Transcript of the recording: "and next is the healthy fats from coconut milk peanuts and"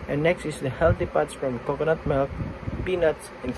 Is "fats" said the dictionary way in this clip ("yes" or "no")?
no